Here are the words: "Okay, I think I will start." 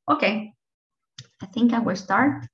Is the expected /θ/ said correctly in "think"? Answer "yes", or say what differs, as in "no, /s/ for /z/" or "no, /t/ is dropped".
yes